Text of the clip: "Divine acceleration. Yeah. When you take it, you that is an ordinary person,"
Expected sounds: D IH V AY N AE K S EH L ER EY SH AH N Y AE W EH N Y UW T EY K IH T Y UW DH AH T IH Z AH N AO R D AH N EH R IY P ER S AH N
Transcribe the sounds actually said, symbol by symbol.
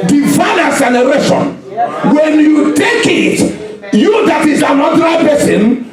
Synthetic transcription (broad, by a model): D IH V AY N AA S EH N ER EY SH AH N W EH N Y UW T EY K IH T Y UW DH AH T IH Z AH N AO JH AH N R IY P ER S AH N